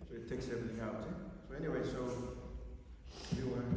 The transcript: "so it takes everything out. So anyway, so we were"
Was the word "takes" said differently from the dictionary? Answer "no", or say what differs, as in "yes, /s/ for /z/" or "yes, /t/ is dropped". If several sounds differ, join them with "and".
no